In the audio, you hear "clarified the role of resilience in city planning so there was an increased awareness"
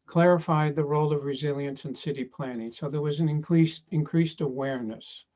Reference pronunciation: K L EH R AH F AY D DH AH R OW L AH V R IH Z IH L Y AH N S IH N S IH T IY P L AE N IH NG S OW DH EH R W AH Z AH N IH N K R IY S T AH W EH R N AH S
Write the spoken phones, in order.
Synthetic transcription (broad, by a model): K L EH R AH F AY D DH AH R OW L AH V R IH Z IH L Y AH N S IH N S IH T IY P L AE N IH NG S OW DH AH R W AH Z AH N IH N K R IY S T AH W EH R N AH S